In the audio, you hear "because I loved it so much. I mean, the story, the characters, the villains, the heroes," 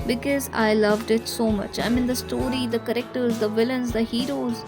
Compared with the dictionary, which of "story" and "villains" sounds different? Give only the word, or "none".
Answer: none